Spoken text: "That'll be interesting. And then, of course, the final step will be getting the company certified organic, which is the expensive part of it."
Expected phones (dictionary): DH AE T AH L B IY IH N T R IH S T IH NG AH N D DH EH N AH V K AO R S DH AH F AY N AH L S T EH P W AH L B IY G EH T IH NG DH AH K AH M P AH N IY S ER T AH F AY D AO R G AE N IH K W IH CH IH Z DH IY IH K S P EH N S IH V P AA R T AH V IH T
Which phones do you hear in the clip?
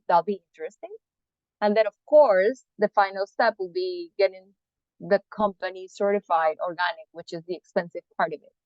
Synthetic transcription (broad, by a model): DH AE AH L B IY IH N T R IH S T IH NG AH N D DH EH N AH V K AO R S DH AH F AY N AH L S T EH P W AH L B IY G EH T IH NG DH AH K AH M P AH N IY S ER T AH F AY D AO R G AE N IH K W IH CH IH Z DH IY IH K S P EH N S IH V P AA R T AH V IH T